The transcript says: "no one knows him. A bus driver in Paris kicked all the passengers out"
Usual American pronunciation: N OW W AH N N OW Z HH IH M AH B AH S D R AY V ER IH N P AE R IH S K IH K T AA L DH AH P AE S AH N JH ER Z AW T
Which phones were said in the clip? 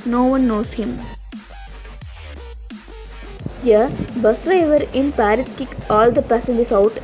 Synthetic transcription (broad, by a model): N OW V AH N N OW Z HH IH M AH B AH S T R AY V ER IH N P AE R IH S K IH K AA L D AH P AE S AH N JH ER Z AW T